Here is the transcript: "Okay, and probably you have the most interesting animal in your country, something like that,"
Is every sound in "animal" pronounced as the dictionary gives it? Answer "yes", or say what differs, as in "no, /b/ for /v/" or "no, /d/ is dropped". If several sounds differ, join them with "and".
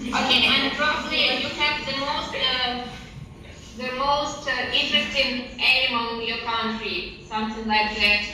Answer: no, /n/ is dropped and /n/ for /l/